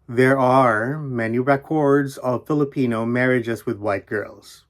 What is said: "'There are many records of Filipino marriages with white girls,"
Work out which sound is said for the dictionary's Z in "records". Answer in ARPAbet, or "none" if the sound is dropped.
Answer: Z